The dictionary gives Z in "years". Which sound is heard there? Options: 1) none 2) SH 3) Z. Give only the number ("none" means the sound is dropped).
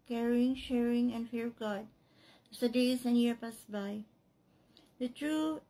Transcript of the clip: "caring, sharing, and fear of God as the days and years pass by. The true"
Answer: 1